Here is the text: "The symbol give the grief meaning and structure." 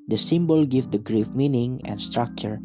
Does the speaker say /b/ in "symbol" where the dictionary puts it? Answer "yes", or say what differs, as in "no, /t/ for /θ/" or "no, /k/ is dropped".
yes